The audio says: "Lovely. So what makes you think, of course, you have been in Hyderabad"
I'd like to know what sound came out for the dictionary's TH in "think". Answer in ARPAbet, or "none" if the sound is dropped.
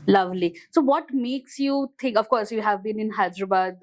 T